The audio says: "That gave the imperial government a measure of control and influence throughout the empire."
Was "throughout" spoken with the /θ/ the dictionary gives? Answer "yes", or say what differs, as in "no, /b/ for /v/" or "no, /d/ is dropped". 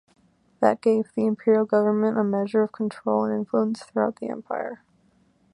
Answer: yes